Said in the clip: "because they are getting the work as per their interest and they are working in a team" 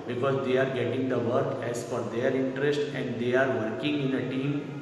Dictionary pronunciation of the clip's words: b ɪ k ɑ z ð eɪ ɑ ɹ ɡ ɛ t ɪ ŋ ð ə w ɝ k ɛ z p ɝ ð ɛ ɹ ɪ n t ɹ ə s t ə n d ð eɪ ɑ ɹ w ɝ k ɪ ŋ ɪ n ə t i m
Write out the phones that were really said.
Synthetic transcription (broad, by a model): b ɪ k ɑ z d eɪ ɑ ɹ ɡ ɛ t ɪ ŋ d ə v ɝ k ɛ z f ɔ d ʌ ɹ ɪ n t ɹ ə s t ə n d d eɪ ɑ ɹ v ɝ k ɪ ŋ ɪ n ə t i m